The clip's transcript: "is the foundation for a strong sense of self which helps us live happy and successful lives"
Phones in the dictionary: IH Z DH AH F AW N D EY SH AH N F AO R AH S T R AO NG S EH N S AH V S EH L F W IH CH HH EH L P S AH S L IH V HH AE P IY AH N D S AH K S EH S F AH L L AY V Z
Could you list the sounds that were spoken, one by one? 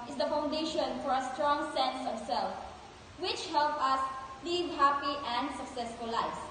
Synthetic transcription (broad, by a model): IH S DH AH F AW N D EY SH AH N F AO R AH S T R AO NG S EH N S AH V S EH L F W IH CH HH EH L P AH S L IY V HH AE P IY AH N D S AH K S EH S F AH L L AY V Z